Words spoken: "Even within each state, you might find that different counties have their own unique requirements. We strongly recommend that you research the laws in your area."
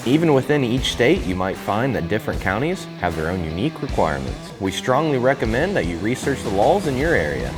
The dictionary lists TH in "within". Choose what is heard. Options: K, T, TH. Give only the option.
TH